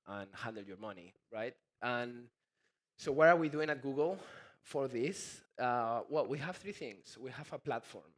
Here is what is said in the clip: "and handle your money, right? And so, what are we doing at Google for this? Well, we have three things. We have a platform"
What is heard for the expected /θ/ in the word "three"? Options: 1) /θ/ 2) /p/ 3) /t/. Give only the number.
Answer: 1